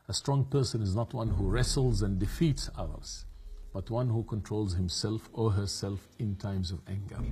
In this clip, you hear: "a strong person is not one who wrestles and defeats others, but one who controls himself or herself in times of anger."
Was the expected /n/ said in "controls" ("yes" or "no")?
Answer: yes